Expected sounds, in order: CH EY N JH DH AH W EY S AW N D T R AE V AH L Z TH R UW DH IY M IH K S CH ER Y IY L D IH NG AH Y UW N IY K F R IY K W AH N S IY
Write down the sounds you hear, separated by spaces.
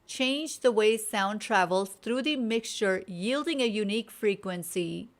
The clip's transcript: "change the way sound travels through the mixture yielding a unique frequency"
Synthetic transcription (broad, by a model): CH EY N JH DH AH W EY S AW N D T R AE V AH L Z T R UW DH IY M IH K S CH ER Y IY L D IH NG AH Y UW N IY K F R IY K W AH N S IY